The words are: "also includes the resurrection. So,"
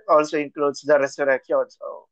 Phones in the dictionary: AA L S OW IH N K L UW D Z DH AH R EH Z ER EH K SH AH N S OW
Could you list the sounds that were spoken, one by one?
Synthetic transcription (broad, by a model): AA L S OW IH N K L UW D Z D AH R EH S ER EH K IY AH L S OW